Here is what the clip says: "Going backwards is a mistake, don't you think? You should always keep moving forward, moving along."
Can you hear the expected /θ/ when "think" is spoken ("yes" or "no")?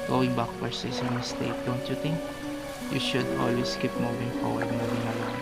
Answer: no